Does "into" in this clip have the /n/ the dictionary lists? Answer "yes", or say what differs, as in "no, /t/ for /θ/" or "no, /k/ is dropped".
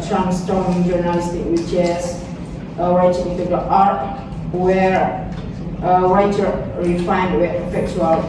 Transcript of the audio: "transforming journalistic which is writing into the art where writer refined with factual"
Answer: no, /n/ is dropped